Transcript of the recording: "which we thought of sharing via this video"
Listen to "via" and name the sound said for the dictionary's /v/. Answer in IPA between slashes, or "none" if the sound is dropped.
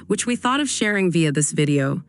/v/